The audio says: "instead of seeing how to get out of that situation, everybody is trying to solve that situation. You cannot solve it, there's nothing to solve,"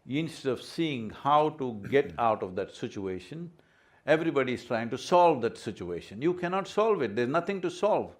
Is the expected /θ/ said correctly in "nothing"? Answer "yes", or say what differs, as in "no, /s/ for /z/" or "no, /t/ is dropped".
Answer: no, /t/ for /θ/